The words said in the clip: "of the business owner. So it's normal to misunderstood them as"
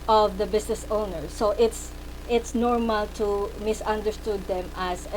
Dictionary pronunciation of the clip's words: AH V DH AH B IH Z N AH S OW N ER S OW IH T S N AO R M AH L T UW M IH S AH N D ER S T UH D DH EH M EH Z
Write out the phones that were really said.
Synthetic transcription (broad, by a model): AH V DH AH B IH S N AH S OW N ER S OW IH T S N AO R M AH L T UW M IH S AH N D ER S T UH D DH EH M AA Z